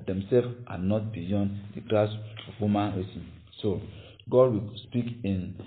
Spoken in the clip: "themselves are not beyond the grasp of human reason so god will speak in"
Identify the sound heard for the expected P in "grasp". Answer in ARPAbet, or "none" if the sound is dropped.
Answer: none